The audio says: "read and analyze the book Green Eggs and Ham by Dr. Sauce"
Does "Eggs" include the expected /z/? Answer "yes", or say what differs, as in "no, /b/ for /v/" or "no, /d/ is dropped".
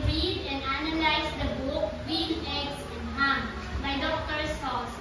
no, /s/ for /z/